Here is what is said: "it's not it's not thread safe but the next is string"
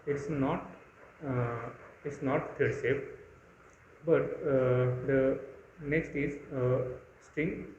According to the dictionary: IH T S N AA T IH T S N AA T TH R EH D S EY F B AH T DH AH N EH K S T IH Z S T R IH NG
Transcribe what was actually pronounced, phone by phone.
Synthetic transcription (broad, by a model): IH T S N AA T IH T S N AA T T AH D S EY P B AH T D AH N EH K S T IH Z S T R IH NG